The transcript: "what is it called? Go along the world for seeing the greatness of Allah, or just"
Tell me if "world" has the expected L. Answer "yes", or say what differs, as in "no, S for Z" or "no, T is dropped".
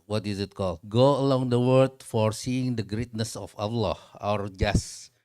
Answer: no, L is dropped